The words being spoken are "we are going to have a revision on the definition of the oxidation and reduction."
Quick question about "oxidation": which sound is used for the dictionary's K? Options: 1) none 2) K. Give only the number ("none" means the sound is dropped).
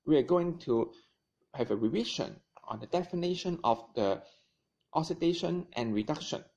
1